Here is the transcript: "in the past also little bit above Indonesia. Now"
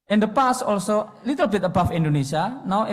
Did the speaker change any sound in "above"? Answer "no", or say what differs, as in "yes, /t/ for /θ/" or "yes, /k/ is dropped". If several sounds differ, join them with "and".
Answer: yes, /f/ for /v/